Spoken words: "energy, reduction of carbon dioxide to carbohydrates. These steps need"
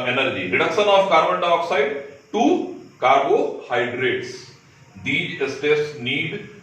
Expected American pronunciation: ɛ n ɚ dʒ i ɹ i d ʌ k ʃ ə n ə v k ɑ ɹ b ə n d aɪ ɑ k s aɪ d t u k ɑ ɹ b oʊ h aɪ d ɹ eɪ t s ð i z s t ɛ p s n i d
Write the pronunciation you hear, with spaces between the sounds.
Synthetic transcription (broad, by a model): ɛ n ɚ dʒ i ɹ i d ʌ k ʃ ə n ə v k ɑ ɹ b ə n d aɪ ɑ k s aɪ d t u k ɑ ɹ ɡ oʊ h aɪ d ɹ eɪ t s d i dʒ s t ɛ s n i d